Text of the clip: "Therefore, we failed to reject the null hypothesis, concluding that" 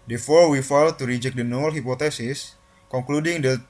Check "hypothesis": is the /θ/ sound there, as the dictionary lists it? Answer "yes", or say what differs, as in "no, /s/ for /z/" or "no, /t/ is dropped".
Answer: no, /t/ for /θ/